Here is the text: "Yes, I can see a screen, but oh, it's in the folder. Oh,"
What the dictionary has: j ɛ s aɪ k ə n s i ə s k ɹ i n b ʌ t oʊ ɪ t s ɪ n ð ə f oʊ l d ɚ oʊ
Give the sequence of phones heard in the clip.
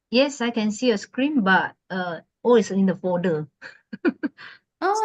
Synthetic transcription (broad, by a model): j ɛ s aɪ k ə n s i ə s k ɹ i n b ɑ t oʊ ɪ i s ɪ n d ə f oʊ d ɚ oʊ